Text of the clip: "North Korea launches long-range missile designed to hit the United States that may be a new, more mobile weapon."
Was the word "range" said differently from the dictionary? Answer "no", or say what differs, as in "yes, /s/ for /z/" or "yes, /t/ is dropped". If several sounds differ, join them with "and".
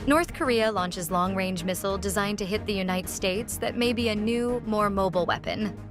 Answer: no